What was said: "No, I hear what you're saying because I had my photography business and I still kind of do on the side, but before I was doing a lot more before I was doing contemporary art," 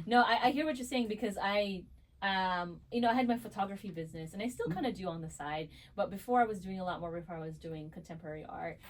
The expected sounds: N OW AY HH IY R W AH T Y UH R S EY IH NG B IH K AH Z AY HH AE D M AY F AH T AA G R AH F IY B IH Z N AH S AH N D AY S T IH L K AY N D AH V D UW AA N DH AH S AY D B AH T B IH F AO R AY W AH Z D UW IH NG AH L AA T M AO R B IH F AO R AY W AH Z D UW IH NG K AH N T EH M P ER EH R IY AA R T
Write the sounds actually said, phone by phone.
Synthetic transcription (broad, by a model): N OW AY HH IY R W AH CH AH R S EY IH NG B IH K AH Z AY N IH D M AY F AH T AA G R AH F IY B IH Z N AH S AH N AY S T IH L K AY N D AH D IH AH N DH AH S AY D B AH T B IH F AO R AY W AH Z D UW IH NG AH L AA T M AO R B IH F AO R AY W AH Z D UW IH NG K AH N T EH M P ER EH R IY AA R T